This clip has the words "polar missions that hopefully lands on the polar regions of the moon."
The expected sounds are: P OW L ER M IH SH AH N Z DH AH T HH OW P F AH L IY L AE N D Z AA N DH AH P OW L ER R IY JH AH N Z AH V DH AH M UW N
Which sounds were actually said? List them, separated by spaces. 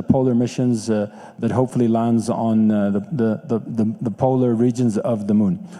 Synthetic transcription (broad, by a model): P OW L ER M IH SH AH N Z DH AH T HH OW P F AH L IY L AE N D Z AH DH DH AH P OW L ER R IY JH AH N Z AH V DH AH M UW N